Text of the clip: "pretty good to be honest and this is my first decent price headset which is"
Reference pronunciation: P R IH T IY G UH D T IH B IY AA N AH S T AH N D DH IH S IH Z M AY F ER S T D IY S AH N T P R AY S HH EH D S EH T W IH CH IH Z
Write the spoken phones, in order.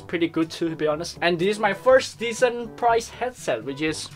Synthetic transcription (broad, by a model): P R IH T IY G UH D T IH B IY AA N AH S T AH N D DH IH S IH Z M AY F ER S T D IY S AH N P R AY S HH EH D S EH T W IH CH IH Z